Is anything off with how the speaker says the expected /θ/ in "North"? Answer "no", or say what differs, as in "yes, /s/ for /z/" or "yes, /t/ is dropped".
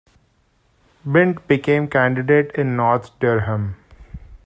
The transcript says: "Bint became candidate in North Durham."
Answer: yes, /t/ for /θ/